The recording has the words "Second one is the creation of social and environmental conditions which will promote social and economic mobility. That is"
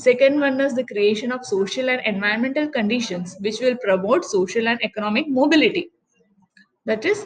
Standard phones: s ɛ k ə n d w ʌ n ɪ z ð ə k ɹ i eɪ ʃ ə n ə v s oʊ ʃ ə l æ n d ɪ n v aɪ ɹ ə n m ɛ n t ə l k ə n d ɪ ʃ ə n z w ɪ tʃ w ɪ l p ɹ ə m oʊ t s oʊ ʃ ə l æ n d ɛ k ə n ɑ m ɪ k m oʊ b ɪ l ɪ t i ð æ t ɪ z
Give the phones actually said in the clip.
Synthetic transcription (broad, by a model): s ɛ k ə n d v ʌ n ɪ z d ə k ɹ i eɪ ʃ ə n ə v s oʊ ʃ ə l æ n d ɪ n v aɪ ə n m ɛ n t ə l k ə n d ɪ ʃ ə n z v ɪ tʃ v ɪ l p ɹ ə m oʊ t s oʊ ʃ ə l æ n d ɛ k ə n ɑ m ɪ k m oʊ b ɪ l ɪ t i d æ t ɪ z